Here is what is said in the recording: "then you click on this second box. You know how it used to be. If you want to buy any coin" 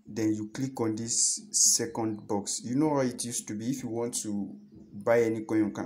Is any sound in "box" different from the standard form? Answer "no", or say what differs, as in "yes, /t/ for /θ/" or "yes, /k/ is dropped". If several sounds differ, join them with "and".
no